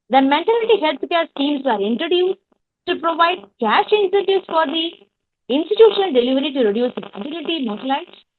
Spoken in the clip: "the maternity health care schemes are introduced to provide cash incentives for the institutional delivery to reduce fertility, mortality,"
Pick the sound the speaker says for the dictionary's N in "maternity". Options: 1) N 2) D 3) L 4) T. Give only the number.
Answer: 3